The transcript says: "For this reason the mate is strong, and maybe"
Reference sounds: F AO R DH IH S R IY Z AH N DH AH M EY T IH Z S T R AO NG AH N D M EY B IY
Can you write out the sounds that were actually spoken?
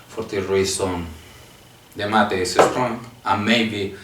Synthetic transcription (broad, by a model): F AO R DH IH R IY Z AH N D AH M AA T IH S S T R AO NG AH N M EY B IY